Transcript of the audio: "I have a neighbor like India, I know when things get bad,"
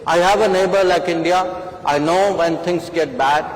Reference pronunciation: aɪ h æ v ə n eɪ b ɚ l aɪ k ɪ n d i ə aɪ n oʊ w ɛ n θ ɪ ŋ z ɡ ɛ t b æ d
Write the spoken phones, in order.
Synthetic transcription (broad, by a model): aɪ h æ v ə n eɪ b ɚ l aɪ k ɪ n d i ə aɪ n oʊ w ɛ n t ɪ ŋ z ɡ ɛ t b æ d